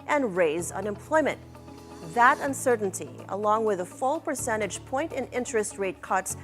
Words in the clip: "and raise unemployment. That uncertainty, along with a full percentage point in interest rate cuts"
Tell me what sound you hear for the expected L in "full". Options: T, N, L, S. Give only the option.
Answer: L